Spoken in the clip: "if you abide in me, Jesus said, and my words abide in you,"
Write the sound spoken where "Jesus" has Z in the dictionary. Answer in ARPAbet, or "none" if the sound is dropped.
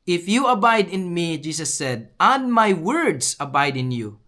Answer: S